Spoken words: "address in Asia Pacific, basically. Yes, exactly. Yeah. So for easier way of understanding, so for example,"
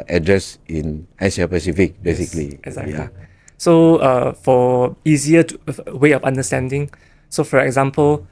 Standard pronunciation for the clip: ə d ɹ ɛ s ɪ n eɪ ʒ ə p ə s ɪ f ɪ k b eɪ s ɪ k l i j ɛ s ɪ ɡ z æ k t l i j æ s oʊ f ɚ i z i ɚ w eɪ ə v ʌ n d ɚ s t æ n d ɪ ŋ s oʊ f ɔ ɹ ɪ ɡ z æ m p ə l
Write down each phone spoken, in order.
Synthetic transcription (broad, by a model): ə d ɹ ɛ s ɪ n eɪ s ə p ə s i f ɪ k b eɪ s ɪ k l i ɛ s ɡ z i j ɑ s oʊ f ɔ i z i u w eɪ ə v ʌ n d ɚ s t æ n d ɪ ŋ s oʊ f ɔ ɹ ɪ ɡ z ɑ m p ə l